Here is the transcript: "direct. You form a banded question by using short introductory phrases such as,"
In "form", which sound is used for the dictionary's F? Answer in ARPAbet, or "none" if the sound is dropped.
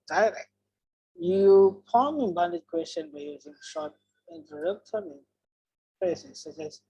P